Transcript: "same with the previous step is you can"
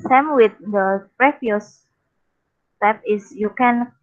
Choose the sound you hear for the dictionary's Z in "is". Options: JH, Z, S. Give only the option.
S